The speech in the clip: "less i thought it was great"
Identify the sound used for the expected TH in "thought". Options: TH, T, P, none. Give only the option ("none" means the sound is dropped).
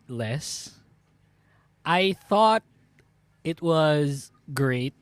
TH